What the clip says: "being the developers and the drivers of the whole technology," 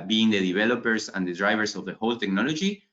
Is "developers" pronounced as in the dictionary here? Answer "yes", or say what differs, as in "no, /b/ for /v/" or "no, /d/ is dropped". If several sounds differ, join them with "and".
no, /s/ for /z/